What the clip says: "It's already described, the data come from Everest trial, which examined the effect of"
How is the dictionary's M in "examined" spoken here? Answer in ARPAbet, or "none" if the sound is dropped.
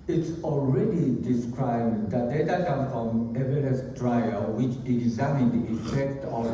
none